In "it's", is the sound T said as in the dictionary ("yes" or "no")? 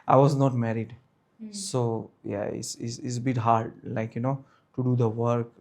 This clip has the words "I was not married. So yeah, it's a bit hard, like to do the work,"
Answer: no